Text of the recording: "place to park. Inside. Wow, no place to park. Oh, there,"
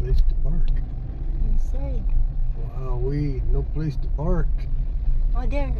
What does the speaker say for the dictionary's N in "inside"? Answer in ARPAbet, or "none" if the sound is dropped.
none